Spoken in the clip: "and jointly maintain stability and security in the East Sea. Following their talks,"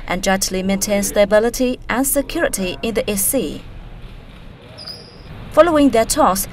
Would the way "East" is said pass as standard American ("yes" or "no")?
no